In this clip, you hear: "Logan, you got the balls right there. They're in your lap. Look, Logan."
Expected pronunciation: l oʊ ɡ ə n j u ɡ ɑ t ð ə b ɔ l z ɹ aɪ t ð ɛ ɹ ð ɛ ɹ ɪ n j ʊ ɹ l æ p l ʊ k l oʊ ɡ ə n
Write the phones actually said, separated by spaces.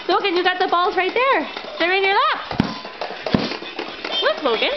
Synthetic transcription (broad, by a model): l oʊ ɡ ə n j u ɡ ɑ t ð ə b ɔ l z ɹ aɪ t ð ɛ ɹ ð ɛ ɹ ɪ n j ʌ ɹ l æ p w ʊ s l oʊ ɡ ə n